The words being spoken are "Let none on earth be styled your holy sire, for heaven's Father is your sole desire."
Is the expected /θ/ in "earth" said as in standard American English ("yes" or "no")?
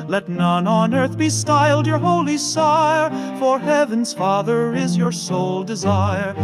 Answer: yes